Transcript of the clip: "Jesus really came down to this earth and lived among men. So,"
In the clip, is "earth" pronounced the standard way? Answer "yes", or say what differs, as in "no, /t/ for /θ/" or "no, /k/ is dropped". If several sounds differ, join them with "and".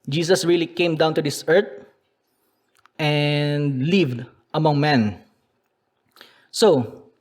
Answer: no, /t/ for /θ/